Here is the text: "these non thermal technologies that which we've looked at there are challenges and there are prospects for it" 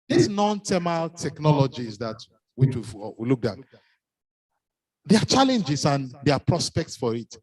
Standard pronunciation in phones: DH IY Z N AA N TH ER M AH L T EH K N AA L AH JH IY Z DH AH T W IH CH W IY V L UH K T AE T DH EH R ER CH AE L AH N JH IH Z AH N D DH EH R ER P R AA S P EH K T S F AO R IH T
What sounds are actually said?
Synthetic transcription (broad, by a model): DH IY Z N AA N T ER M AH L T EH K N AA L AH JH IY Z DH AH T W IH CH W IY W L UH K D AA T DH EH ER CH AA L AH N JH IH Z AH N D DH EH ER P R AA S P EH K T S F AO R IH T